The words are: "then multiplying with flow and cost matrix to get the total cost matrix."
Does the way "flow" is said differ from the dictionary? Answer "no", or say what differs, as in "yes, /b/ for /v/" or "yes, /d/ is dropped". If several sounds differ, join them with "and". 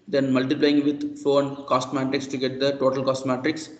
yes, /l/ is dropped